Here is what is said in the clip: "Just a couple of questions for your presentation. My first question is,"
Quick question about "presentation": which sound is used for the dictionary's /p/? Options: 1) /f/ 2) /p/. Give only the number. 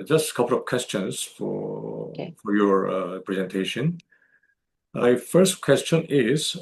2